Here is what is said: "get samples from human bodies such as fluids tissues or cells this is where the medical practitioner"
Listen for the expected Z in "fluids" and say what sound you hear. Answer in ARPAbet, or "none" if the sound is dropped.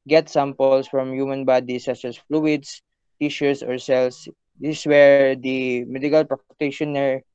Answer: S